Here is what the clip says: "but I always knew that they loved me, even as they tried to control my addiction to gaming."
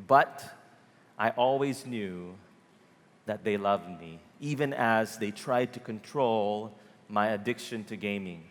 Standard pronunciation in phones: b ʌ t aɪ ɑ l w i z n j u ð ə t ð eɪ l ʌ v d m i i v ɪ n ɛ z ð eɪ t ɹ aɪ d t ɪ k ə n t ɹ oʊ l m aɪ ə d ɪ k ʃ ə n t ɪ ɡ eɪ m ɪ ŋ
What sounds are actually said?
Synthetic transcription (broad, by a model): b ʌ t aɪ ɑ l w i z n j u ð ə t ð eɪ l ʌ v d m i i v ɪ n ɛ z ð eɪ t ɹ aɪ d t ɪ k ə n t ɹ oʊ l m aɪ ə d ɪ k ʃ ə n t ɪ ɡ eɪ m ɪ ŋ